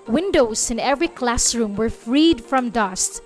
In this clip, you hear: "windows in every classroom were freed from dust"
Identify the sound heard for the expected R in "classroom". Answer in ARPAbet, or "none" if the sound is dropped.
R